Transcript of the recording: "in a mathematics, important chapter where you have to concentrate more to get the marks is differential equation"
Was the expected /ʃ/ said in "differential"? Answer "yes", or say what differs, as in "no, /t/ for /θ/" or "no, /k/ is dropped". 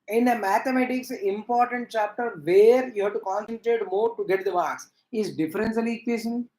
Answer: no, /s/ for /ʃ/